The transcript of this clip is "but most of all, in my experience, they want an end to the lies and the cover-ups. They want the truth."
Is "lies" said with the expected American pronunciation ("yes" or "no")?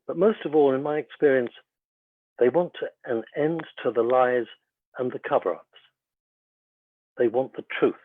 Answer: yes